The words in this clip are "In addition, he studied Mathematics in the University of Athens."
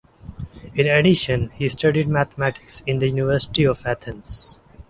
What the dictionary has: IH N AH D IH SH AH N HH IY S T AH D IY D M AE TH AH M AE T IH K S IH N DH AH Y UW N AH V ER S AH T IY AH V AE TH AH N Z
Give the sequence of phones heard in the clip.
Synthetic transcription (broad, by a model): IH N AH D IH SH AH N HH IY S T AH D IY D M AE T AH M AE T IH K S IH N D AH Y UW N AH V ER S AH T IY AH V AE T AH N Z